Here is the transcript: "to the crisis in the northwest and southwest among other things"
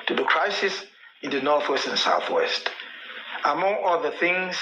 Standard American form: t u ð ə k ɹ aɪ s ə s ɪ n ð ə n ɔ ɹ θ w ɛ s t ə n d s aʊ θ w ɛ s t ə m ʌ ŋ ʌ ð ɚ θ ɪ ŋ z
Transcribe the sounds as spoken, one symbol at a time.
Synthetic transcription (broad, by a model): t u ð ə k ɹ aɪ s ə s ɪ n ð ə n ɔ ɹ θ w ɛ s t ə n s aʊ θ w ɛ s t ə m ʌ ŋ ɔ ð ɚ θ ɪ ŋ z